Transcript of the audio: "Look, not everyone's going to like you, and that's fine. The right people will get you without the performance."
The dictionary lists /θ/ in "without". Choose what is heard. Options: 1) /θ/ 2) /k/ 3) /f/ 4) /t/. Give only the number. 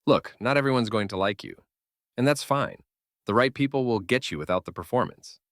1